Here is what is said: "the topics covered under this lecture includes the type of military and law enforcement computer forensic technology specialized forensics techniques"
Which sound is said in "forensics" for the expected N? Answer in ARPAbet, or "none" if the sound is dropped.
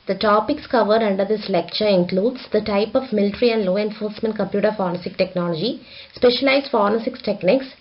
none